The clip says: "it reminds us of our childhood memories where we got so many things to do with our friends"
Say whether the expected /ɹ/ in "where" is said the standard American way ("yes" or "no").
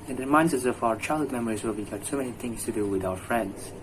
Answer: no